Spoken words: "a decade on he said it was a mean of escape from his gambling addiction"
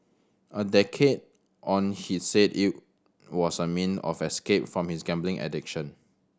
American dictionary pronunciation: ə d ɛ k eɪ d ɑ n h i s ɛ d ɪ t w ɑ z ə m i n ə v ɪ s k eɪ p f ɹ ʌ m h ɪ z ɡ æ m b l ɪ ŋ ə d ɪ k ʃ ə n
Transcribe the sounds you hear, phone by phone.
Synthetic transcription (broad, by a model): ə d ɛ k eɪ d ɑ n h i s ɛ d ɪ t w ɑ s ə m i n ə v ɪ s k eɪ p f ɹ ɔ m h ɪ s ɡ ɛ m b l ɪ ŋ ə d ɪ k ʃ ə n